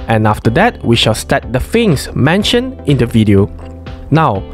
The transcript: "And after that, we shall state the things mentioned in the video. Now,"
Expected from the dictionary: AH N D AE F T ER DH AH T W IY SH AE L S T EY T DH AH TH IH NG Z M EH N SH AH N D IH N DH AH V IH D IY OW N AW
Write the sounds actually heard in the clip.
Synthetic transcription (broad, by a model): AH N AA F T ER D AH T W IY SH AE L S T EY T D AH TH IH NG S M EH N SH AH N IH N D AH V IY D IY OW N AW